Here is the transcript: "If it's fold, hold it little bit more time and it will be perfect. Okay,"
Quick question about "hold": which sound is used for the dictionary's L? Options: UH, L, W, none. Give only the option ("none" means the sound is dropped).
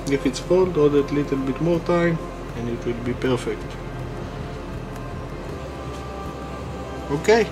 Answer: none